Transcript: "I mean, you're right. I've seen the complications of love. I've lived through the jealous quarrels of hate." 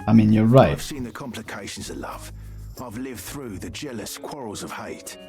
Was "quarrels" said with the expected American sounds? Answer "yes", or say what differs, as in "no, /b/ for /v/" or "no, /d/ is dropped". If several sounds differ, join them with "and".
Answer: yes